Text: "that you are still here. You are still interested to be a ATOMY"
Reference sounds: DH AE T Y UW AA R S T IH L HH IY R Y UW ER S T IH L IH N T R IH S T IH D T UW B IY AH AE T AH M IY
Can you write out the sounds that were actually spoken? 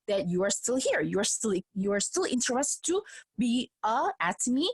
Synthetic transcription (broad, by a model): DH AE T Y UW AA R S T IH L HH IY R Y UW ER S T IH L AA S T L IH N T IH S T UW B IY AH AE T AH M IY